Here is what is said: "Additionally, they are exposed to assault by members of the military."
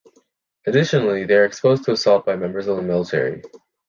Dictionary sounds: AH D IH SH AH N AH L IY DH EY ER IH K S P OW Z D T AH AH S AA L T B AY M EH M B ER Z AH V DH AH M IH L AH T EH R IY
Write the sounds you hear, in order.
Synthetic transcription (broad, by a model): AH D IH SH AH N L IY DH EY ER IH K S P OW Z T AH AH S AA L T B AY M EH M B ER Z AH V DH AH M IH L AH T EH R IY